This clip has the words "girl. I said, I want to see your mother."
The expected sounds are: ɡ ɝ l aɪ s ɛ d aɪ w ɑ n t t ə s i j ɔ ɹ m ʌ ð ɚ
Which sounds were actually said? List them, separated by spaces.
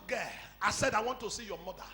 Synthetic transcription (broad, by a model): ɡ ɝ aɪ s ɛ d aɪ w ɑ n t t ə s i j ɔ m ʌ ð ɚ